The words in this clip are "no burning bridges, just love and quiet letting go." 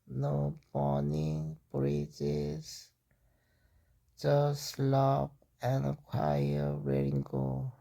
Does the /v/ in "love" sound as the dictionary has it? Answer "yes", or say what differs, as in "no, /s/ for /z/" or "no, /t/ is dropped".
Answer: no, /p/ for /v/